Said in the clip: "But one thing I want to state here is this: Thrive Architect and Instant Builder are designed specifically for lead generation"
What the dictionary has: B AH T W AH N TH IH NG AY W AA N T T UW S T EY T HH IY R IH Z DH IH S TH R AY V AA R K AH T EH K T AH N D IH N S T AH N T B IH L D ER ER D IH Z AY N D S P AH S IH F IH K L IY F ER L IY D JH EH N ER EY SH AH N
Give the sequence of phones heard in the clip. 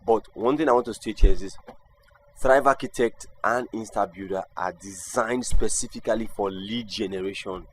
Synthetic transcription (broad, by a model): B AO T W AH N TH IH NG AY W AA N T T UW S T EY T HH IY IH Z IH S TH R AY V AA K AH T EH K T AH N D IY N S T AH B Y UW D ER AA D IH Z AY N D S P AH S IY F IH K L IY F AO L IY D JH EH N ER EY SH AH N